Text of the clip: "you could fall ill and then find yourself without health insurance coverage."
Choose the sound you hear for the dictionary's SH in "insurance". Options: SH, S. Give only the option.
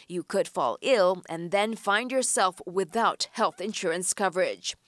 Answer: SH